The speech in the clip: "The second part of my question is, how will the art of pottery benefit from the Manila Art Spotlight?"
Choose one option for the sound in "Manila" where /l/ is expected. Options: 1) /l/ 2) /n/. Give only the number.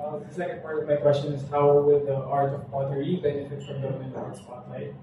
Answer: 2